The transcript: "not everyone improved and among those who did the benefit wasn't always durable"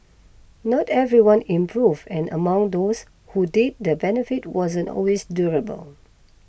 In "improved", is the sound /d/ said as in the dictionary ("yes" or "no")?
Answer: no